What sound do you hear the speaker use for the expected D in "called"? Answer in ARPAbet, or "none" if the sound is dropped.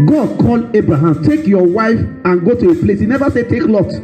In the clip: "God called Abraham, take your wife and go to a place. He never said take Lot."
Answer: none